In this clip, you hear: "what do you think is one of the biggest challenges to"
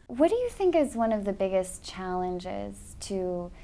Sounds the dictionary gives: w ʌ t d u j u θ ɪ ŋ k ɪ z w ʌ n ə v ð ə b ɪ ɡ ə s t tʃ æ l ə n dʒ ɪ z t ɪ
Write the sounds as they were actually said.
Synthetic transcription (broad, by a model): w ʌ t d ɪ j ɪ θ ɪ ŋ k ɪ z w ʌ n ə v ð ə b ɪ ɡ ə s tʃ æ l ə n dʒ ɪ z t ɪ